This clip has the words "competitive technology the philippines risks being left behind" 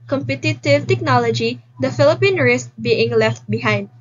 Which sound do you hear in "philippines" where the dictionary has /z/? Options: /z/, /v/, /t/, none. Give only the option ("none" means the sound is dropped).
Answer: none